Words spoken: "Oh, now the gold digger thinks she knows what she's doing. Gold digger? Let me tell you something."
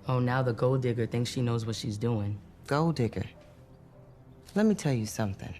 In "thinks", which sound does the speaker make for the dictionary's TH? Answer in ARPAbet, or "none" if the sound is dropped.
TH